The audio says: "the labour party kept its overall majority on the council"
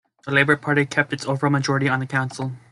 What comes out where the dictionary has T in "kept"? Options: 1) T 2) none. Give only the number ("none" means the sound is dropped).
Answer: 1